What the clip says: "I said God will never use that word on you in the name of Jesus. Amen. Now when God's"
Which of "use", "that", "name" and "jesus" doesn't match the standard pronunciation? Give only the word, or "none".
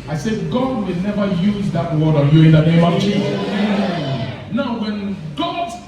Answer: jesus